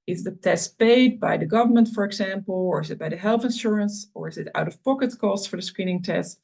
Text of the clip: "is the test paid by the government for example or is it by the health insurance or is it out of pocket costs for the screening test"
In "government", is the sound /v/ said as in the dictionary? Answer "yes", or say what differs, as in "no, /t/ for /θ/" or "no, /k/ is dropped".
yes